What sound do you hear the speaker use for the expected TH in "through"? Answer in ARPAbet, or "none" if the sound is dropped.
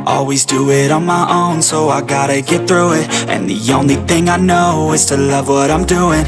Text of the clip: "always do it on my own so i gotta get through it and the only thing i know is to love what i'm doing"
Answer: TH